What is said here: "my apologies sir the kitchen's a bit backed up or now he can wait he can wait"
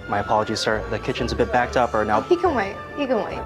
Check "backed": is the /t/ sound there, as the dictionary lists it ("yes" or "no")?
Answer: yes